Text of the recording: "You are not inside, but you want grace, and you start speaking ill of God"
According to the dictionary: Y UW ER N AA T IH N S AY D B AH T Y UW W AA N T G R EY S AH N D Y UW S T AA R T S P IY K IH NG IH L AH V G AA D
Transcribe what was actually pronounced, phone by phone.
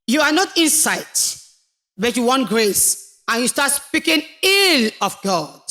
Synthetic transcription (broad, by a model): Y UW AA N AA T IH N S AY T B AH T Y UW W AA N T G R EY S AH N Y UW S T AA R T S P IY K IH NG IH L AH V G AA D